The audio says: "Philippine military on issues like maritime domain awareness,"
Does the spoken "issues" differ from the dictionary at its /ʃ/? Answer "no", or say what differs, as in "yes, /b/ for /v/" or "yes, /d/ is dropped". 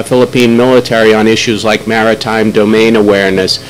no